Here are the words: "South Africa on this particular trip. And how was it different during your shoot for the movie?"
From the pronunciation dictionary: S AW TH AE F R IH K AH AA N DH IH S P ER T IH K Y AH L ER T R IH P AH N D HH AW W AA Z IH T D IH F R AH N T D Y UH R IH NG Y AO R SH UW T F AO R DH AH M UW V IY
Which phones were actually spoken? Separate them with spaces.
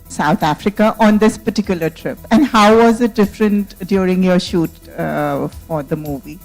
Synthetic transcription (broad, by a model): S AW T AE F R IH K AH AA N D IH S P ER T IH K Y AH L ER T R IH P AH N D HH AW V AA Z IH T D IH F R AH N T D Y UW R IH NG Y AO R SH UW T F AO R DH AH M UW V IY